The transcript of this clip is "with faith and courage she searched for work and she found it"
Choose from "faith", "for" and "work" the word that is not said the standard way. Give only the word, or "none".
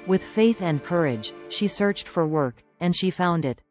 none